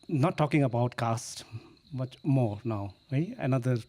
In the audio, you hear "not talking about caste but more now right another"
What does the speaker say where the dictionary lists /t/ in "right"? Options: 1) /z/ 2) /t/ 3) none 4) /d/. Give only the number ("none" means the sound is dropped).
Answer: 3